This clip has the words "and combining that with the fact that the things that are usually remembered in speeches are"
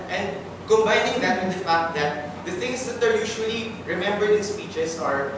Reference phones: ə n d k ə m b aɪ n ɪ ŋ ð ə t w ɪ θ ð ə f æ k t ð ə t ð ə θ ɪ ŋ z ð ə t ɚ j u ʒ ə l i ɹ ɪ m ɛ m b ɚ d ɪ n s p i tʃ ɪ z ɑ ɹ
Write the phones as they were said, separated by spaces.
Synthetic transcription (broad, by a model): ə n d k ə m b aɪ n ɪ ŋ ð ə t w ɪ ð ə f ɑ k t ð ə t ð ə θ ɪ ŋ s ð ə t ɚ j u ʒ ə l i ɹ ɪ m ɛ m b ɚ d ɪ n s p i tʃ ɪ s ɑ ɹ